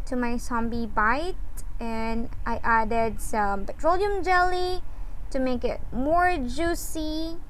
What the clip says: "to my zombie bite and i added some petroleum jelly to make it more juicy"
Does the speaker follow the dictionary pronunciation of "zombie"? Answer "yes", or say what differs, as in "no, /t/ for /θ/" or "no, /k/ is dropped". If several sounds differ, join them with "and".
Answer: no, /s/ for /z/